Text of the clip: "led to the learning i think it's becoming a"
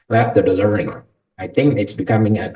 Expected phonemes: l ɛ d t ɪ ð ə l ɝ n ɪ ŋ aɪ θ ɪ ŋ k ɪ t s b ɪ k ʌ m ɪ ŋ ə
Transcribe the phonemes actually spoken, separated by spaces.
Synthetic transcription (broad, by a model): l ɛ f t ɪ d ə l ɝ ɪ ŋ aɪ θ ɪ ŋ k ɪ t s b ɪ k ʌ m ɪ ŋ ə